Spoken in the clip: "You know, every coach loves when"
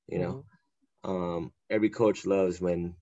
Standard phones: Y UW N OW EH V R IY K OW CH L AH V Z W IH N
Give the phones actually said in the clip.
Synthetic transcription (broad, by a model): Y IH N OW EH V R IY K OW CH L AH V Z W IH N